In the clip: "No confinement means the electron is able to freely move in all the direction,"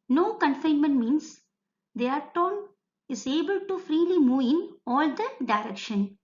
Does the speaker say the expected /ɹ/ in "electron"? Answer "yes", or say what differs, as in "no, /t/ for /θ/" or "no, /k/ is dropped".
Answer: no, /ɹ/ is dropped